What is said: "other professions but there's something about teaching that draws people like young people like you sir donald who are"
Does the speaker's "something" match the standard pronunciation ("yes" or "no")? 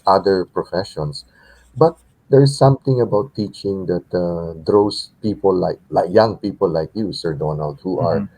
no